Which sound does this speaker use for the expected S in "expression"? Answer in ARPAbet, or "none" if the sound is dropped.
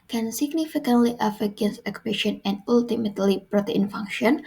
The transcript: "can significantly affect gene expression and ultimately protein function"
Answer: none